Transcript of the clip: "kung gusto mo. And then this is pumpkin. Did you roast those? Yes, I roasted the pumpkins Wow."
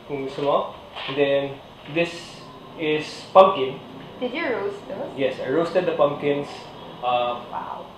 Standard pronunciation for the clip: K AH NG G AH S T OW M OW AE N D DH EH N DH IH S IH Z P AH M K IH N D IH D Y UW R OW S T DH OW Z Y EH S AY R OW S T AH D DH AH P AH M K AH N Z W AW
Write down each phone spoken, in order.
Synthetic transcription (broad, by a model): K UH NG S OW M OW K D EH N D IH S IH S P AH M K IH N D IH D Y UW R OW S T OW Y EH S AY R OW S T AH D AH P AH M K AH N S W AW